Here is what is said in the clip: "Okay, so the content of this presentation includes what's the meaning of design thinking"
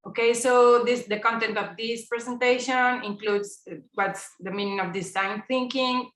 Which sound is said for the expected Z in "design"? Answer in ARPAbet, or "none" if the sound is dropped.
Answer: S